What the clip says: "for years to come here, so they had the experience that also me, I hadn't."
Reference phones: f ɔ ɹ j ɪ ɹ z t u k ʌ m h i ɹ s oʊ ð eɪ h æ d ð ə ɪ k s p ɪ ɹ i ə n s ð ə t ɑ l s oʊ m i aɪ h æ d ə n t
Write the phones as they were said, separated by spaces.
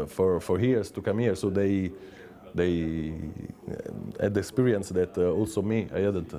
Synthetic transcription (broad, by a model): f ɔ ɹ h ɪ ɹ s t u k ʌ m h i ɹ s oʊ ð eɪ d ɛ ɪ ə ɪ k s p ɪ ɹ i ə n s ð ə t ɑ l s oʊ m i aɪ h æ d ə n t